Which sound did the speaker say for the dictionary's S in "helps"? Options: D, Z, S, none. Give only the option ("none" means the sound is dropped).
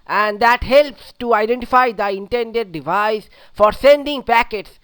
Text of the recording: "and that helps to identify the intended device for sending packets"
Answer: S